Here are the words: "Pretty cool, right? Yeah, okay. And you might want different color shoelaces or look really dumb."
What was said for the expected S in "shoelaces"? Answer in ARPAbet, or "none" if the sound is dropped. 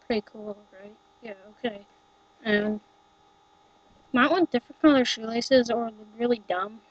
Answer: S